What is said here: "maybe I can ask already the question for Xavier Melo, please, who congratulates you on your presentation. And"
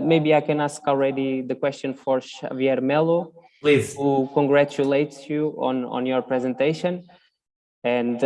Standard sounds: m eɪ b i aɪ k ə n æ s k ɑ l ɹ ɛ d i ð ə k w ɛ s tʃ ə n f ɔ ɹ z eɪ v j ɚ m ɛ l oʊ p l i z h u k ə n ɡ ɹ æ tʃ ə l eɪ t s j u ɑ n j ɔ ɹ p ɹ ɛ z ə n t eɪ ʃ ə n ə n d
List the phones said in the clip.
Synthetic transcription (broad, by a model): m eɪ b i aɪ k ə n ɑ s k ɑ l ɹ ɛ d i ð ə k w ɛ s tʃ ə n f ɔ ɹ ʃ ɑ v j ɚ m ɛ l oʊ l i h u k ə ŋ ɡ ɹ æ tʃ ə l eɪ t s j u ɑ n j ɔ ɹ p ɹ ɛ z ə n t eɪ ʃ ə n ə n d